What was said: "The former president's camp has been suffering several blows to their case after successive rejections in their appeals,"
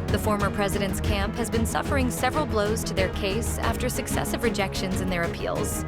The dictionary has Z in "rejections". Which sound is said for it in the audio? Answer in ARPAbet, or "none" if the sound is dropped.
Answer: Z